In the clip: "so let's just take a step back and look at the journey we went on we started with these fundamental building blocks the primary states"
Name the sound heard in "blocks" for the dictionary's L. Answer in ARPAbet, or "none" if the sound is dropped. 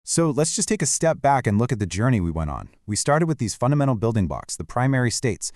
none